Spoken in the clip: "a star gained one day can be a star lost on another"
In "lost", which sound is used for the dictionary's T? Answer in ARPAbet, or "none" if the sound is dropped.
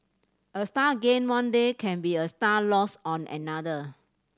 none